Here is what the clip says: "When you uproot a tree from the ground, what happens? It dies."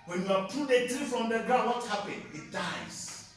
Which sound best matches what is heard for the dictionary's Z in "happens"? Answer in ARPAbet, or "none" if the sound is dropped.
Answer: none